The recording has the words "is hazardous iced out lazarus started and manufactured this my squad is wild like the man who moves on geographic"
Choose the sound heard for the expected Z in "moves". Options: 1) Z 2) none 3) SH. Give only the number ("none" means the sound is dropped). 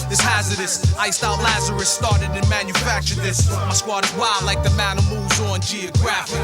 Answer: 1